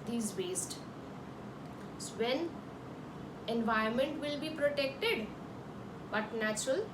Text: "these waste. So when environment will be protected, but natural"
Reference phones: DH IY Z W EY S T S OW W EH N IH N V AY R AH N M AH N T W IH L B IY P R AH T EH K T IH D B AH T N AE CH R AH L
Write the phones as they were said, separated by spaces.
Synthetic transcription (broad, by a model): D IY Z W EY S T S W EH N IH N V AY AH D M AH N T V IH L B IY P R AH T EH K T IH D B AH T N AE CH R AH L